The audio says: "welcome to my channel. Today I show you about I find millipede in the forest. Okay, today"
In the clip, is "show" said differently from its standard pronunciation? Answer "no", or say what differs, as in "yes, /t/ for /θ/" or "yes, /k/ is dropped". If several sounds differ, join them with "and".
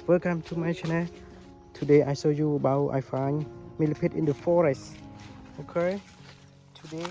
yes, /s/ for /ʃ/